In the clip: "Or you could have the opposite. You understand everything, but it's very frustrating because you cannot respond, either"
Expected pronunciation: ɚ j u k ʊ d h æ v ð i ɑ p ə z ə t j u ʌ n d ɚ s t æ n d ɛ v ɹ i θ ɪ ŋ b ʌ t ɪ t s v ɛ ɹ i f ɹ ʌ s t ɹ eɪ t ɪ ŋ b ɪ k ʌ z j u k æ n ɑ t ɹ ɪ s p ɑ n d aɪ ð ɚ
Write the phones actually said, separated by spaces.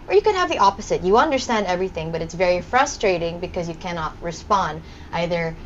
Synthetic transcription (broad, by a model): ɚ j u k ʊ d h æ v ð i ɑ p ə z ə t j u ʌ n d ɚ s t æ n d ɛ v ɹ i θ ɪ ŋ b ʌ t ɪ t s v ɛ ɹ i f ɹ ʌ s t ɹ eɪ t ɪ ŋ b ɪ k ʌ z j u k æ n ɑ t ɹ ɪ s p ɑ n d aɪ ð ɚ